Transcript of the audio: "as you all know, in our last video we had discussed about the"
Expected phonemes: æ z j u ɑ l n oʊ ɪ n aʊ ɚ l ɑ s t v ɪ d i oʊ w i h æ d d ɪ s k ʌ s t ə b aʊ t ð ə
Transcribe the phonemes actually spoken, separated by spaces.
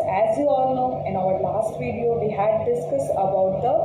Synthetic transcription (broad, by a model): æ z j u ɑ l n oʊ ɪ n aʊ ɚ l ɑ s t v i d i oʊ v i h æ d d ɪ s k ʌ s ə b aʊ t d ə